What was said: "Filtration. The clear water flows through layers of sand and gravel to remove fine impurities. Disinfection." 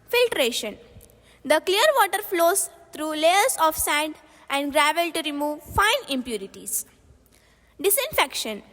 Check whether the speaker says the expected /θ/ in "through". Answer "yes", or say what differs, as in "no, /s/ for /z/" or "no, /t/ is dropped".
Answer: no, /t/ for /θ/